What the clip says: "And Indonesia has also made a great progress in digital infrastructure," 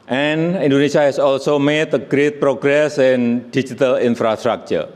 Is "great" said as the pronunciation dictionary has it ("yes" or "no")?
yes